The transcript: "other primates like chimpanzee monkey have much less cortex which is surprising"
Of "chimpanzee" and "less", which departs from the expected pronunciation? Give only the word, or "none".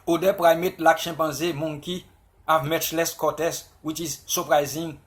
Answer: chimpanzee